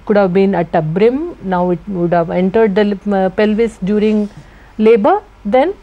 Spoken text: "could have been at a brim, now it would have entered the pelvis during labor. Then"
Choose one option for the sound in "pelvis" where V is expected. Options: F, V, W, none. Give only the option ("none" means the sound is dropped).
V